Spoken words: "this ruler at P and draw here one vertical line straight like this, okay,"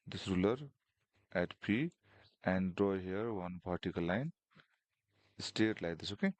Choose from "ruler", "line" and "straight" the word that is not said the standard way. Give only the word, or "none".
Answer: straight